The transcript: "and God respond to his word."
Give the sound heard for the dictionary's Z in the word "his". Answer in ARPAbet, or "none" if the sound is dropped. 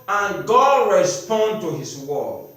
S